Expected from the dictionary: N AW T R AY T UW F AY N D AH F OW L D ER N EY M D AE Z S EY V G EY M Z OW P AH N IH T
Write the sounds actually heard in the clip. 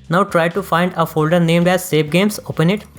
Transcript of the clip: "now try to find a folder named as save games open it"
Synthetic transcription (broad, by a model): N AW T R AY T UW F AY N D AH F OW L D ER N EY M D AE Z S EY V G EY M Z OW P AH N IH T